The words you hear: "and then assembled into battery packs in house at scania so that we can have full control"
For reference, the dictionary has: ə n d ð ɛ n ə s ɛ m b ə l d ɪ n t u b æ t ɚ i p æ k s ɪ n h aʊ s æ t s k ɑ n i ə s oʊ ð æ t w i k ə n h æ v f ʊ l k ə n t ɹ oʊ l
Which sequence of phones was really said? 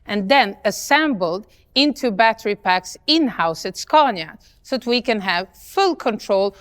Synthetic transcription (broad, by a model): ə n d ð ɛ n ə s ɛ m b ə l d ɪ n t u b æ t ɚ i p æ k s ɪ n h aʊ s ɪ t s k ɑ n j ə s oʊ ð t w i k ə n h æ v f ʊ l k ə n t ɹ oʊ l